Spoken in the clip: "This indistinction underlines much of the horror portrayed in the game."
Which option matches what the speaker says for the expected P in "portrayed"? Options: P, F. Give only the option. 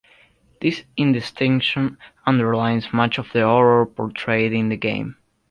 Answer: P